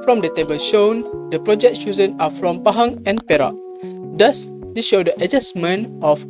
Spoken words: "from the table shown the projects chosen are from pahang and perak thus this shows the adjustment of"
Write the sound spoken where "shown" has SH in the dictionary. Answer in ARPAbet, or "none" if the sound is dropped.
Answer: SH